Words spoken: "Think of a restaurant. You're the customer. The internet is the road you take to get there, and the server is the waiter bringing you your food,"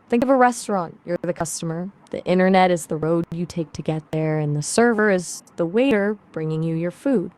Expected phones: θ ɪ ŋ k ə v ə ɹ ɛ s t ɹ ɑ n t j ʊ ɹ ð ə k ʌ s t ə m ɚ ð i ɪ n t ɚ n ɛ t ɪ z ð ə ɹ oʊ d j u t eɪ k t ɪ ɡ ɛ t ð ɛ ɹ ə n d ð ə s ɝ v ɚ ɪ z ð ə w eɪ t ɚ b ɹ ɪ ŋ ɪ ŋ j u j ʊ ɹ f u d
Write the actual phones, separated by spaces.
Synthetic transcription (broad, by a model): θ ɪ ŋ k ə v ə ɹ ɛ s t ɹ ɑ n t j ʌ ɹ ð ə k ʌ s t ə m ɚ ð i ɪ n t ɚ n ɛ t ɪ z ð ə ɹ oʊ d j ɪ t eɪ k t ɪ ɡ ɛ t ð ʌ ɹ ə n ð ə s ɝ v ɚ ɪ z ð ə w eɪ t ɚ b ɹ ɪ ŋ ɪ ŋ j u j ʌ ɹ f u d